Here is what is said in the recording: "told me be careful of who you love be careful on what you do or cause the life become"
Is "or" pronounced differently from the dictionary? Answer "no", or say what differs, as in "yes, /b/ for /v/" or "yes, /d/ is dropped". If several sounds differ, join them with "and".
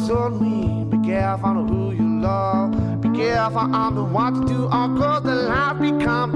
yes, /l/ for /ɹ/